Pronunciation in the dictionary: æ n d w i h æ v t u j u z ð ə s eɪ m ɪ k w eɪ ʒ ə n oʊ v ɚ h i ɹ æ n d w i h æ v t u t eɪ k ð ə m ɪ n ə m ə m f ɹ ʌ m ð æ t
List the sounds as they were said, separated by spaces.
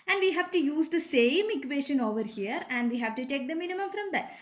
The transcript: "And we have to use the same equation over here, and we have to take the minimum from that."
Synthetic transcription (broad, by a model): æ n d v i h æ v t u j u z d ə s eɪ m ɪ k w eɪ ʃ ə n oʊ v ɚ h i ɹ æ n d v i h æ v t u t eɪ k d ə m ɪ n ə m ə m f ɹ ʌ m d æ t